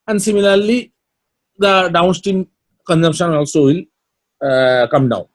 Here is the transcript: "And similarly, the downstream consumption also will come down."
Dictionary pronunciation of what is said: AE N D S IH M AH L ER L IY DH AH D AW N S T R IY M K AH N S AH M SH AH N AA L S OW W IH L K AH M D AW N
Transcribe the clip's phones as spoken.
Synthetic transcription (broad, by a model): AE N D S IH M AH L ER L IY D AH D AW N S T IY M K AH N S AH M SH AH N AA L S OW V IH L K AH M D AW N